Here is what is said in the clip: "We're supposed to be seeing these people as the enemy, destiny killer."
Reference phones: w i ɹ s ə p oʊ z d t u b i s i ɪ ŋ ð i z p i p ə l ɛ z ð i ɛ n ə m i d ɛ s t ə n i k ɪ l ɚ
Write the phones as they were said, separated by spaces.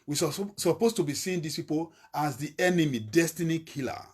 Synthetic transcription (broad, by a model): w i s s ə p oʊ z t u b i s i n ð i s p i p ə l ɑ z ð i ɛ n ə m i d ɛ s t ə n i k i l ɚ